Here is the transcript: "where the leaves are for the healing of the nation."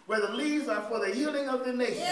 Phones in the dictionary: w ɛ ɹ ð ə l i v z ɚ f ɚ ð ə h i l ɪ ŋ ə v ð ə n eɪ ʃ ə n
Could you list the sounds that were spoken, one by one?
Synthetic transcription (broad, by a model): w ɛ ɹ ð ə l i z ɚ f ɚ ð ə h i l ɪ ŋ ə v ð ə n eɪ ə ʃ